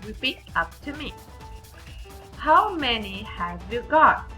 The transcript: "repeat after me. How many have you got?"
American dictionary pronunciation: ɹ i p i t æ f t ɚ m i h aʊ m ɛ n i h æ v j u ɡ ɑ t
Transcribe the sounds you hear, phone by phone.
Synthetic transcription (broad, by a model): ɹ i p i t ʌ p t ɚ m i h aʊ m ɛ n i h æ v j u ɡ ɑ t